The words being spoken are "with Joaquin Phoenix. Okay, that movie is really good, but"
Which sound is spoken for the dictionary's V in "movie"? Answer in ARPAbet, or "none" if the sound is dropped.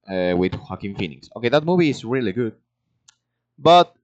V